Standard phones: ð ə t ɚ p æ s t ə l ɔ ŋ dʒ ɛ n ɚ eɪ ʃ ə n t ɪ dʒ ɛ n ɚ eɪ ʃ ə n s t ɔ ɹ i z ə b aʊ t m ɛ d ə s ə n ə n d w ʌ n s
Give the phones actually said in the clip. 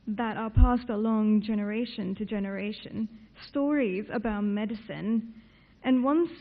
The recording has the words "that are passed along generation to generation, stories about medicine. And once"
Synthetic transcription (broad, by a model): ð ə t ɚ p æ s t ə l ɔ ŋ dʒ ɛ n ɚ eɪ ʃ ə n t ɪ dʒ ɛ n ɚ eɪ ʃ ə n s t ɔ ɹ i z ə b aʊ t m ɛ d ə s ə n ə n w ʌ n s